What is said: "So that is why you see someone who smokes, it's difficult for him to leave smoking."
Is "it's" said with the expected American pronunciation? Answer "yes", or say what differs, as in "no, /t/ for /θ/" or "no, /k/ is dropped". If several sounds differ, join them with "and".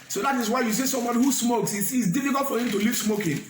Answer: no, /s/ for /t/